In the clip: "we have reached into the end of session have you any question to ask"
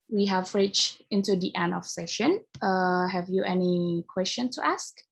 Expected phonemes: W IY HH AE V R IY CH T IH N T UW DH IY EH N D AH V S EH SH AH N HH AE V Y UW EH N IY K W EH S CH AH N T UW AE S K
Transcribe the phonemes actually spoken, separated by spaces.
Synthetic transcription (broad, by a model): W IY HH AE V R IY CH IH N T UW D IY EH N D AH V S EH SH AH N HH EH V Y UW EH N IY K W EH S CH AH N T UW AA S K